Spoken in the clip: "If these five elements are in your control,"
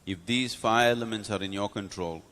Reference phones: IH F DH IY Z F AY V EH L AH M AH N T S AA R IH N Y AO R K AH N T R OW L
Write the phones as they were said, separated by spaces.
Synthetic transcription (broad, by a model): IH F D IY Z F AY EH L AH M AH N T S AA R IH N Y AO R K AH N T R OW L